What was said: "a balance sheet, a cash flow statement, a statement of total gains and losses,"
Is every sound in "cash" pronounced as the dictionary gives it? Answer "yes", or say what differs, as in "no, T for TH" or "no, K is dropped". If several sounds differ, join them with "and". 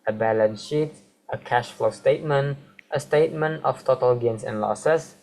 yes